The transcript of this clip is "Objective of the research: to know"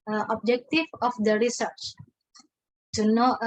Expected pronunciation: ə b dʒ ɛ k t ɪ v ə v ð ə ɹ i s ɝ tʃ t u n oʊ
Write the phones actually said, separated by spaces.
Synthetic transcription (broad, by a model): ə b dʒ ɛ k t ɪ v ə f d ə ɹ i s ɝ tʃ t u n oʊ